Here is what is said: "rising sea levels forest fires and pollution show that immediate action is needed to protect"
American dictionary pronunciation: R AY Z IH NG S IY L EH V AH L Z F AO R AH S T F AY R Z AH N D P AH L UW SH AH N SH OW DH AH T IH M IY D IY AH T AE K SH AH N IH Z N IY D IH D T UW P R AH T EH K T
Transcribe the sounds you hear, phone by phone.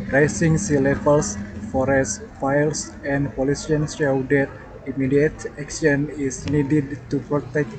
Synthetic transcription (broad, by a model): R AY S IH NG S IY L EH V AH L S F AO R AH S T F AY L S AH N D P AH L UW S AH N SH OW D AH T IH M IY D IY AH T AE K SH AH N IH S N IY D IH D T UW P R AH T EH K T